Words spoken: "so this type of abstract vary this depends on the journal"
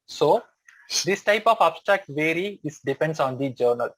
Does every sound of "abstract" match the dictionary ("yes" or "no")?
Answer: yes